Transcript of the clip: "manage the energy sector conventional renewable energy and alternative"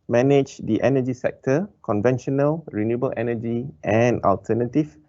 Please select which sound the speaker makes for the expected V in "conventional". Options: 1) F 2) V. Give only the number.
2